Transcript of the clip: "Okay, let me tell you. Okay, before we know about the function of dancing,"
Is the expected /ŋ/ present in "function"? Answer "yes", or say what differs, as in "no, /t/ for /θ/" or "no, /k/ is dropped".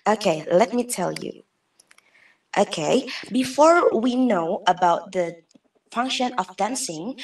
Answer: yes